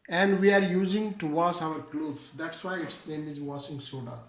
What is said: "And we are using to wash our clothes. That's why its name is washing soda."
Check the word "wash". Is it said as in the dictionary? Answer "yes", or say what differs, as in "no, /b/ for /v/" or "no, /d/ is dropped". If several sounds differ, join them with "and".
no, /s/ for /ʃ/